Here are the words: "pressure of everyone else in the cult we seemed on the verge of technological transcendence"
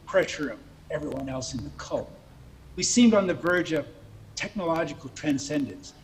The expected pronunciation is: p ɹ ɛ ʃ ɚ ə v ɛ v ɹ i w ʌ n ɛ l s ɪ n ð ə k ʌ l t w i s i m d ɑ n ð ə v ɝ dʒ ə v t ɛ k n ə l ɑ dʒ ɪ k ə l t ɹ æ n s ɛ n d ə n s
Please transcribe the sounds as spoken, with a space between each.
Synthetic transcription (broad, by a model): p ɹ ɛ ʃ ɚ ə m ɛ v ɹ i w ʌ n ɛ l s ɪ n ð ə k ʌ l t w i s i m d n ð ə v ɝ dʒ ə v t ɛ k n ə l ɑ dʒ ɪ k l t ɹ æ n s ɛ n d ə n s